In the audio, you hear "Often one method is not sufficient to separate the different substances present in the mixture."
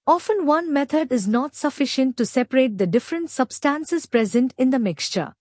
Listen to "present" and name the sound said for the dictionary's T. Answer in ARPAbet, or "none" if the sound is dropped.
T